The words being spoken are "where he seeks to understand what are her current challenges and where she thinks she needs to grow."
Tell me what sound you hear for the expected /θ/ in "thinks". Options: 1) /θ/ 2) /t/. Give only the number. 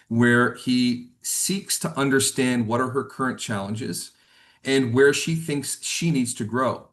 1